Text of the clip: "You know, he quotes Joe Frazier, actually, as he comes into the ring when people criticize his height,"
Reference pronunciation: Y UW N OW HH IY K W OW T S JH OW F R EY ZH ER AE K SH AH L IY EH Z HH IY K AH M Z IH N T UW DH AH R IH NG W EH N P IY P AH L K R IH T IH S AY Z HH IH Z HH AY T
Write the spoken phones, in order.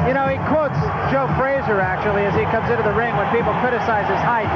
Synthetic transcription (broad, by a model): Y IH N OW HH IY K W OW T S JH OW F R EY Z ER AE K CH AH L IY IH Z IY K AH M Z IH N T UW DH AH R IH NG W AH N P IY P L K R IH T IH S AY Z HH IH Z HH AY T